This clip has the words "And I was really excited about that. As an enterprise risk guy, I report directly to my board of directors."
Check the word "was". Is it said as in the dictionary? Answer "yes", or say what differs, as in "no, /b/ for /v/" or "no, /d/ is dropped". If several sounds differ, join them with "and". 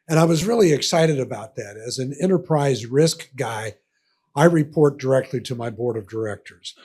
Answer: yes